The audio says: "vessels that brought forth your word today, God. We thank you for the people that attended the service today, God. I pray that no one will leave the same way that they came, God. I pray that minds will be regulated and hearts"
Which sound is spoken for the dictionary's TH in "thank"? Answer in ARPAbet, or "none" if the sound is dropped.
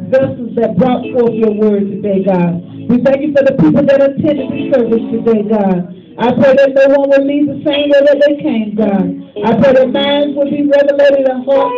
TH